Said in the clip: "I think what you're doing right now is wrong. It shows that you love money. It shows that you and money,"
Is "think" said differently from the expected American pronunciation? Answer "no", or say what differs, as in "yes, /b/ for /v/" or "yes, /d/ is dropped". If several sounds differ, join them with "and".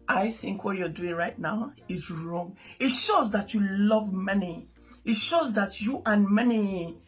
no